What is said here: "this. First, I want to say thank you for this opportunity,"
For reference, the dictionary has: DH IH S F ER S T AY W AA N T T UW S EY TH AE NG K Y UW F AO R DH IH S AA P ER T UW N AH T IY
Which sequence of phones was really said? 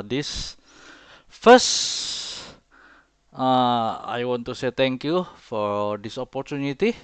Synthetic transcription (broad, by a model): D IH S F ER S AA AY W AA N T T UW S EY T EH NG K Y UW F AO R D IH S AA P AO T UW N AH T IY